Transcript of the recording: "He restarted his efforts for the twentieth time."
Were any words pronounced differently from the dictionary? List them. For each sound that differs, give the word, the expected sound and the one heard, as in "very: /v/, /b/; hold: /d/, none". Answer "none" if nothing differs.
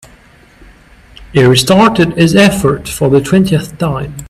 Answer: efforts: /s/, none